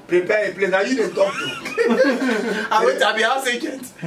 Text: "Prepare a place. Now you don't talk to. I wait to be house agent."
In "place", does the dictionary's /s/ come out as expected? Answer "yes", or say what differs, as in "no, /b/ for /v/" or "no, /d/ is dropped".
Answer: no, /s/ is dropped